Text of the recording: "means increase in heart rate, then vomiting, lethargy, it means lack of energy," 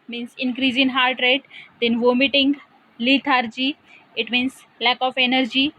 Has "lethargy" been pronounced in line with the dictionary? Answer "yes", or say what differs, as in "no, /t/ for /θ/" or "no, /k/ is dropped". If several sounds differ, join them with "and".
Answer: no, /t/ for /θ/